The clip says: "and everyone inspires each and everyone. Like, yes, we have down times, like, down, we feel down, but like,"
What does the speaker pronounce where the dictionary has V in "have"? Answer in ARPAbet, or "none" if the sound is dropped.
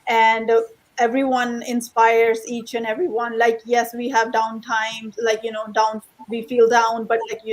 V